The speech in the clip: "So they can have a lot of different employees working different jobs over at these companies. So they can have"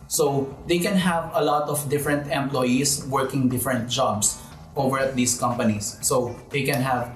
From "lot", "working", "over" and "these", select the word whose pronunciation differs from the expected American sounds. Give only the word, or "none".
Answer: these